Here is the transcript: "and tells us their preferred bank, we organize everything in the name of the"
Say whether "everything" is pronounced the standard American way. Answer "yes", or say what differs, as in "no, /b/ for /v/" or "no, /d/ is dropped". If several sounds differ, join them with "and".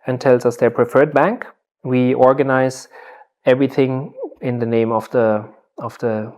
yes